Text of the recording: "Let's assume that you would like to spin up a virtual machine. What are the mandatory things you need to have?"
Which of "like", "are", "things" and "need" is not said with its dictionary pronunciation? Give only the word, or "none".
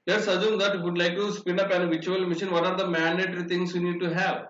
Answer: things